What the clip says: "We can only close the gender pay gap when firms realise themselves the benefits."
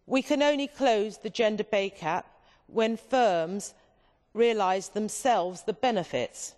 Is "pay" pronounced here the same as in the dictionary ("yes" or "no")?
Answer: no